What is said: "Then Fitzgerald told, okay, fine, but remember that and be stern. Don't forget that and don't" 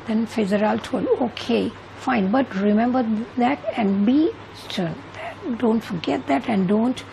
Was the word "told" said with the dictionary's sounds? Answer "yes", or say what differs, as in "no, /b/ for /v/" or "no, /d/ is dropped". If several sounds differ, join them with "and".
no, /d/ is dropped